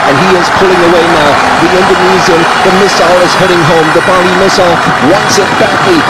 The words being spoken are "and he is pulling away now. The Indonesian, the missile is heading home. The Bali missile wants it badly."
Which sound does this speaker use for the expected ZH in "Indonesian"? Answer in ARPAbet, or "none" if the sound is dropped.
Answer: Z